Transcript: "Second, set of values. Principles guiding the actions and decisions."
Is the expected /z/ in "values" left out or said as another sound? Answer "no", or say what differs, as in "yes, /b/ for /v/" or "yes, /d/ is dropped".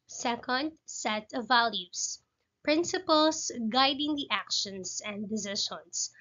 yes, /s/ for /z/